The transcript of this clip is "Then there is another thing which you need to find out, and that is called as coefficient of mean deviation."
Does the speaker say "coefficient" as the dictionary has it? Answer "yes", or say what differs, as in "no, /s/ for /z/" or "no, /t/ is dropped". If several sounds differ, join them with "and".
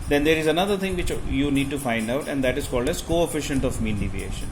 yes